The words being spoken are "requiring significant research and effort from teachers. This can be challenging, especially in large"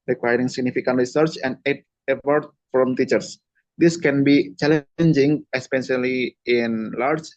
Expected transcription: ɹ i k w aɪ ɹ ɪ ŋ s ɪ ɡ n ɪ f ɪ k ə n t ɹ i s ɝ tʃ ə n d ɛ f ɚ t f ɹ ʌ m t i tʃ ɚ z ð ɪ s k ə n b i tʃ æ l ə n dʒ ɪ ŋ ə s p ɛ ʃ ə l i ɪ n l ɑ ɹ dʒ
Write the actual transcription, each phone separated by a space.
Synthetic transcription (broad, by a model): ɹ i k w aɪ ɹ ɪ ŋ s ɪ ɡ n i f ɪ k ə n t ɹ i s ɝ tʃ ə n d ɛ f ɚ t f ɹ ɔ m t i tʃ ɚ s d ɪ s k ə n b i tʃ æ l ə n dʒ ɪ ŋ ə s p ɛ s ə l i ɪ n l ɑ ɹ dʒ